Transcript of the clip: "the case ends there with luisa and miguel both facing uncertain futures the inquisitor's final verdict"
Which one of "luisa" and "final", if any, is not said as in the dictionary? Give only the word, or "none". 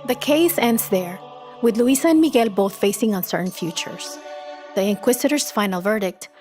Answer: luisa